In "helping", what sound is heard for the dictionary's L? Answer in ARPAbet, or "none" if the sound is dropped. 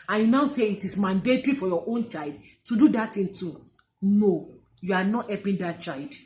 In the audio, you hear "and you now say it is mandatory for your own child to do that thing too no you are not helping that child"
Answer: none